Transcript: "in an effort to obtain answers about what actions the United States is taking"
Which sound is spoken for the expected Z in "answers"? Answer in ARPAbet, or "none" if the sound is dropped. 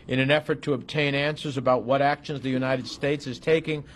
Z